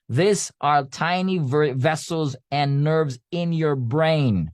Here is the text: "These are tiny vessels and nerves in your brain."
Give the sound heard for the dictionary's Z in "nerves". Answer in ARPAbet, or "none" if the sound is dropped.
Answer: Z